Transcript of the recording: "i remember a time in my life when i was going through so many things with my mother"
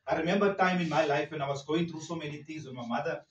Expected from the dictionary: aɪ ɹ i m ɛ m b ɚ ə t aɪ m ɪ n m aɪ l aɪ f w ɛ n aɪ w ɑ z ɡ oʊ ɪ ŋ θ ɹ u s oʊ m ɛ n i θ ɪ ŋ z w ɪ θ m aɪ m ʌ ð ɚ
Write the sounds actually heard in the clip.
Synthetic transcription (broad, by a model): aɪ ɹ i m ɛ m b ɚ t aɪ m ɪ n m aɪ l aɪ f w ɛ n aɪ w ɑ z ɡ oʊ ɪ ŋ t ɹ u s oʊ m ɛ n i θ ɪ ŋ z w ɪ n m aɪ m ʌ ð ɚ